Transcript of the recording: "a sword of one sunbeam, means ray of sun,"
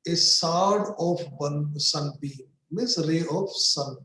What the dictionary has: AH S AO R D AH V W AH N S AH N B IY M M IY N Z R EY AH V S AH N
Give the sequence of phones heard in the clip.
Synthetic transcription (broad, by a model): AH S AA R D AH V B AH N S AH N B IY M M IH Z R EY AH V S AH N